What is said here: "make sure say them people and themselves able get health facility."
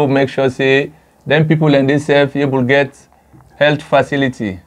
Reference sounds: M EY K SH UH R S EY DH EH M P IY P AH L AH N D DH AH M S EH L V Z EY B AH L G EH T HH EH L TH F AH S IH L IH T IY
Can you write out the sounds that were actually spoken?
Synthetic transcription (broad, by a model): M EY K SH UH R S EY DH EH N P IY P AH L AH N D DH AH S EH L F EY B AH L G EH T HH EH L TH F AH S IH L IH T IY